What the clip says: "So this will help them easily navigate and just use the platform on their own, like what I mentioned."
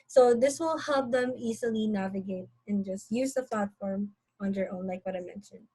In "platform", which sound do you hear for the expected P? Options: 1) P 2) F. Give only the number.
1